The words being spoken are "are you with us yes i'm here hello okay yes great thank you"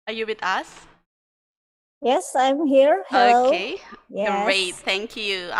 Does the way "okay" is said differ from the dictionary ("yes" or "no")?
yes